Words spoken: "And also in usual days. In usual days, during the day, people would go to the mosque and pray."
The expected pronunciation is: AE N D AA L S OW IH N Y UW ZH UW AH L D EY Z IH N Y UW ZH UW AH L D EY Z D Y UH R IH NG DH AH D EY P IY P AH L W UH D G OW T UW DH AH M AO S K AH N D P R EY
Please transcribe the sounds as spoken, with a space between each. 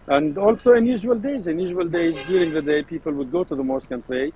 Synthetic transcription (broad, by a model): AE N D AA L S OW IH N Y UW ZH UW AH L D EY Z IH N Y UW ZH UW AH L D EY Z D Y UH R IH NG DH AH D EY P IY P AH L W UH D G OW T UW DH AH M AO S K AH N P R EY